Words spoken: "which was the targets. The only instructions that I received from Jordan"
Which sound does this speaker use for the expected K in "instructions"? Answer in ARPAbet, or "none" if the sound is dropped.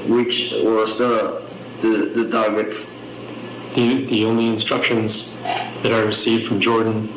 K